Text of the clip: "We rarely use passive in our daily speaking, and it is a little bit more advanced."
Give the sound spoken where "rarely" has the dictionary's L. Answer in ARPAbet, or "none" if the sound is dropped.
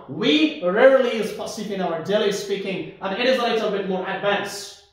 none